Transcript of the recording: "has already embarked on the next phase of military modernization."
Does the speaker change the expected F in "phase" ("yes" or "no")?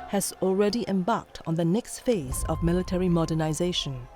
no